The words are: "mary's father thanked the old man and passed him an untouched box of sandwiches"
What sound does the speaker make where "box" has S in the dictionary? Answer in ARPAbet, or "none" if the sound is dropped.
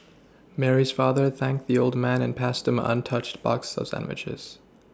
S